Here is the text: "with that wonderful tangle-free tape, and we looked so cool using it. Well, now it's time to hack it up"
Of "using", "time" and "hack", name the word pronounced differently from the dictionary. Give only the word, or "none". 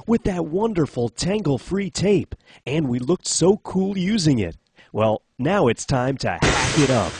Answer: none